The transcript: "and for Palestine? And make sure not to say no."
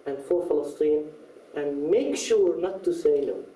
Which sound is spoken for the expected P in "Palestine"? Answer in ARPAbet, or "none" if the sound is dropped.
F